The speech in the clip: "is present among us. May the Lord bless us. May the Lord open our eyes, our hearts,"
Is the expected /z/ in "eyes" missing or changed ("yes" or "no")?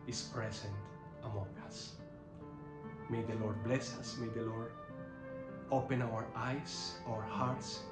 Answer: yes